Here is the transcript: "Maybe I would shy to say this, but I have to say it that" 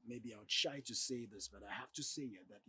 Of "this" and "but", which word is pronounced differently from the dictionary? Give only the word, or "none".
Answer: none